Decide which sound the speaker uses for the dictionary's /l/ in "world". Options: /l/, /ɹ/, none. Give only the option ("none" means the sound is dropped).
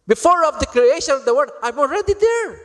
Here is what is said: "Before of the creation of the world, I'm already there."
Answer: none